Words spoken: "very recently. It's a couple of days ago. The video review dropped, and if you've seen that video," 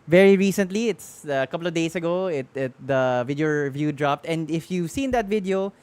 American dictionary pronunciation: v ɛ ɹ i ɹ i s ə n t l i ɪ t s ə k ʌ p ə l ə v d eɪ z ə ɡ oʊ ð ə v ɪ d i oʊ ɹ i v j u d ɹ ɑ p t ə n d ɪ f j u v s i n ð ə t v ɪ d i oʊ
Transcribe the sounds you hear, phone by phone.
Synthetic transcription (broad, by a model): v ɛ ɹ i ɹ i s ə n t l i ɪ t s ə k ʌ p l ə v d eɪ s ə ɡ oʊ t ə v ɪ d i oʊ ɹ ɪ v j u d ɹ ɑ p t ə n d ɪ f j u v s i n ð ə t v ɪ d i oʊ